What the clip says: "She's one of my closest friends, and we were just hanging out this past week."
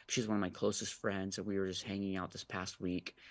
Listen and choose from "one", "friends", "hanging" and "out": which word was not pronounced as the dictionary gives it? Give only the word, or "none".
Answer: none